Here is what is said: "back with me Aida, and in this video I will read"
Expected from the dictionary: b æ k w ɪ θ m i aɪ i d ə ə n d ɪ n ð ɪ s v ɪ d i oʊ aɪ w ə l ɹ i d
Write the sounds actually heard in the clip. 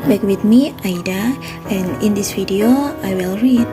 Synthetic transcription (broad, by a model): b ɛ k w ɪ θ m i aɪ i d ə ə n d ɪ n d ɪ s f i d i oʊ aɪ w ə l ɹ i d